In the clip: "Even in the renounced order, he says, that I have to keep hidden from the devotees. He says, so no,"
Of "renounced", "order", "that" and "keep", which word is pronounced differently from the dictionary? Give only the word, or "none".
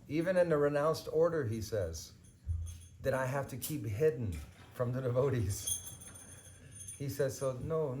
none